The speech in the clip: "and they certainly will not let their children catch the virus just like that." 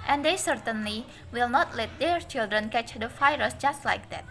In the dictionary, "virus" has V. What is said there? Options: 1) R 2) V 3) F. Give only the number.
3